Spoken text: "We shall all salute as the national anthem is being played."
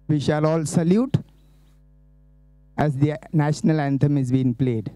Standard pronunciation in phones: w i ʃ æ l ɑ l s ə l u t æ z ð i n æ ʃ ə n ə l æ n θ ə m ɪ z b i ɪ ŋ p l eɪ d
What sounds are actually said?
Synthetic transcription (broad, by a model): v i ʃ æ l ɑ l s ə l u t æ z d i n æ ʃ ə n ə l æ n t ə m ɪ z b i ɪ ŋ p l eɪ d